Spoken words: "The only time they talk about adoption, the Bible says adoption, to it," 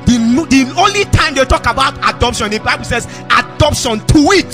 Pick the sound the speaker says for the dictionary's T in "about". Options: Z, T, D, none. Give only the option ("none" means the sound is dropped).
T